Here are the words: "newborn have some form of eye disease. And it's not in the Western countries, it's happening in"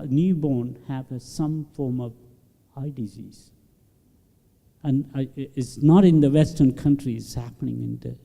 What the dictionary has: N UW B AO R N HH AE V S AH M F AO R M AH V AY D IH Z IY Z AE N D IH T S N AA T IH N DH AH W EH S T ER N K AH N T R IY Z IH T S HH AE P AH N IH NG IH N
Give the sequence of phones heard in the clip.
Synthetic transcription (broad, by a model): N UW B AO N HH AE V S AH M F AO R M AH V AY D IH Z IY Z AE N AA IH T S N AA T IH N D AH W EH S T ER N K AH N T R IY IH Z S HH AE P AH N IH NG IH N